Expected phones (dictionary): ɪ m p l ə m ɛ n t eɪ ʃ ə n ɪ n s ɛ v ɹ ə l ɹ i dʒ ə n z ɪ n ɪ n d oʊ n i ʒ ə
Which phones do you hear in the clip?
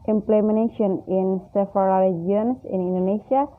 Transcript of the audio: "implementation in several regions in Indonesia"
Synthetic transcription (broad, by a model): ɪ m p l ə m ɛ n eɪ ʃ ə n ɪ n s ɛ f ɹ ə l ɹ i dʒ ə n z ɪ n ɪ n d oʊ n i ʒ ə